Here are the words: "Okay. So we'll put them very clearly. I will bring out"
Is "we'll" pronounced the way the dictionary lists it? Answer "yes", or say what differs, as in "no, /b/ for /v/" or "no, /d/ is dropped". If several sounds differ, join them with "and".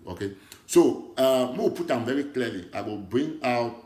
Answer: no, /w/ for /l/